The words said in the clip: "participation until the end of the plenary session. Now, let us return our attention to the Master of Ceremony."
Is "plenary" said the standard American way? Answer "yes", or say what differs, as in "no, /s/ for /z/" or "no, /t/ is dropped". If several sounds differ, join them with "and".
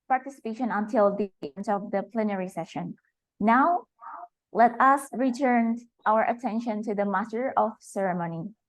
yes